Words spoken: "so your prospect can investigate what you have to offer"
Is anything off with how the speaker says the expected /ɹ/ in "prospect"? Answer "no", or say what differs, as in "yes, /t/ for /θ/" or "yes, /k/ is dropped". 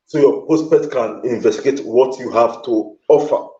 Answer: yes, /ɹ/ is dropped